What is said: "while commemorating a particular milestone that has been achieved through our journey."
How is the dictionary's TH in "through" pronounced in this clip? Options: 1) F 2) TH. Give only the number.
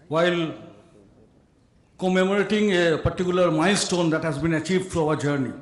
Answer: 1